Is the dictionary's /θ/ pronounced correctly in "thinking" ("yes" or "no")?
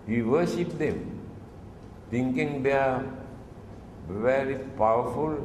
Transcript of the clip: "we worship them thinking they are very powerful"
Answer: no